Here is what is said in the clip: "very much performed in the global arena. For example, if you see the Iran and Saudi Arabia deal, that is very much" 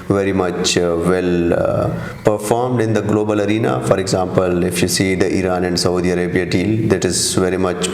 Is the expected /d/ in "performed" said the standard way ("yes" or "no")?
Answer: yes